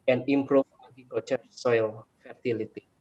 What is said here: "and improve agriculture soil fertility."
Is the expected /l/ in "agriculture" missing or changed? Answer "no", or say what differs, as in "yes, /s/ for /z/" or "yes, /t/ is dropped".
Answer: yes, /l/ is dropped